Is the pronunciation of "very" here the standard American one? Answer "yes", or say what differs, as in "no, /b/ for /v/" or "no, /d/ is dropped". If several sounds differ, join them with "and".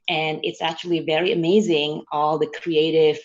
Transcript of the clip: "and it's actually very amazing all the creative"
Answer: yes